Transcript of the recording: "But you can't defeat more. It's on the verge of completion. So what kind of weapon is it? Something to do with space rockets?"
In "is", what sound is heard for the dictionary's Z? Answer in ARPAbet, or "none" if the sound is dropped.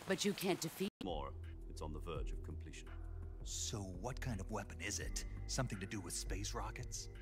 Z